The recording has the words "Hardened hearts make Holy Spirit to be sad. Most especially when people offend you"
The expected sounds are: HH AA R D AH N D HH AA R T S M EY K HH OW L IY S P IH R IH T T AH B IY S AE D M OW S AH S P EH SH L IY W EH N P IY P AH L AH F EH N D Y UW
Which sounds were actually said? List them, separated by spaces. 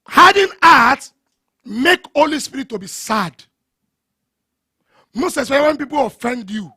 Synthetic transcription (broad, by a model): HH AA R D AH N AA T M EY K HH OW L IY S P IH R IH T T AH B IY S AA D M OW S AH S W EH W EH N P IY P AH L AH F EH N D Y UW